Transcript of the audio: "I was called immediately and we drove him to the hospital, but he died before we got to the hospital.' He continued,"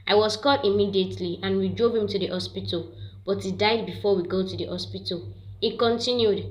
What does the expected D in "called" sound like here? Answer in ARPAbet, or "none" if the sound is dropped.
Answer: none